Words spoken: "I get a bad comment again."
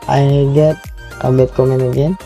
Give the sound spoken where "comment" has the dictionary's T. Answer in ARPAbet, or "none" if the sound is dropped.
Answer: none